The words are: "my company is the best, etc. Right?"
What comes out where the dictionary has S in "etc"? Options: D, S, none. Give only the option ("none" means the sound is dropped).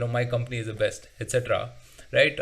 S